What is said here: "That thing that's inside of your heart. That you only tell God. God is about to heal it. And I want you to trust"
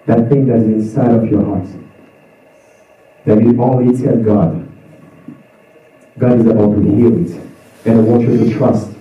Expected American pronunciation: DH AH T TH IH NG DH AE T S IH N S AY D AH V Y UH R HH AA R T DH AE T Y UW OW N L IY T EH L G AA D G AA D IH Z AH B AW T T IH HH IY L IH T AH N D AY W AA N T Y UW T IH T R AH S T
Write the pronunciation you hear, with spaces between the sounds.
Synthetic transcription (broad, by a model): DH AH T TH IH NG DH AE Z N IH N S AY D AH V Y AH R HH AA R T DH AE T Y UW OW L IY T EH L G AA D G AA D IH Z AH B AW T T IH HH IY L IH T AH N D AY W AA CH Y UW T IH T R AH S T